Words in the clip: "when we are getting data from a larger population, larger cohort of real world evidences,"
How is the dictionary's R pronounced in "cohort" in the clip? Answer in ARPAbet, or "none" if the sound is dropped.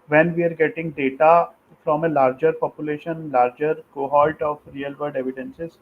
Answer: L